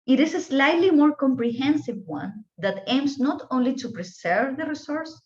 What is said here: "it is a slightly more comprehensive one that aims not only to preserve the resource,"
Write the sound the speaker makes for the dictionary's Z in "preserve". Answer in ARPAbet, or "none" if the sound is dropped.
S